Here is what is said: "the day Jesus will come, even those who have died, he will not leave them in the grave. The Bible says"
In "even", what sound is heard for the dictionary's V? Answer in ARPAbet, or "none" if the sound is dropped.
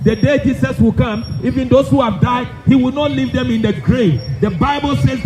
F